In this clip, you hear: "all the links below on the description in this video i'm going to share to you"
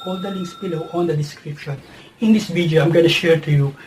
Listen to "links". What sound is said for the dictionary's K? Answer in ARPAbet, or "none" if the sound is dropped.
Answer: none